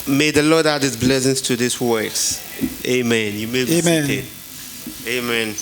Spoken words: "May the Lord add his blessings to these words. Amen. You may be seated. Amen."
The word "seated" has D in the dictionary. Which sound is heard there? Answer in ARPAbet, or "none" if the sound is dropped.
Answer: none